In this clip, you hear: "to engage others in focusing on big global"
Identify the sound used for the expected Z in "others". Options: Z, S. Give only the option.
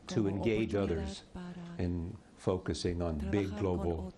Z